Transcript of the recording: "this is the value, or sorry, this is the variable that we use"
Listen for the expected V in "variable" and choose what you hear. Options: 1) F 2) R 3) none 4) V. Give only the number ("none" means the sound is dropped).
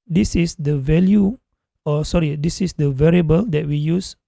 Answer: 4